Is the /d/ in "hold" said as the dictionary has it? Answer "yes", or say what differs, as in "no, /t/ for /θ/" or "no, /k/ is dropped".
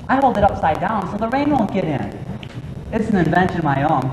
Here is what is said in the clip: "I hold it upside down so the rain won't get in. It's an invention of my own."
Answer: yes